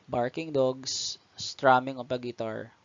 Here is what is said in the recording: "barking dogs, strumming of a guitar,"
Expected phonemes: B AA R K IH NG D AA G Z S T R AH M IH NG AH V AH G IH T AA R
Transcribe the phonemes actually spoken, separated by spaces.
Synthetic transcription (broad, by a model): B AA R K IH NG D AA G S S T R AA M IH NG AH P AH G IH T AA R